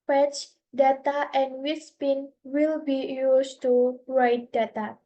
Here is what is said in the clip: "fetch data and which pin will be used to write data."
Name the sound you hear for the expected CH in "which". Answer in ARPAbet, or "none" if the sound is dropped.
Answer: S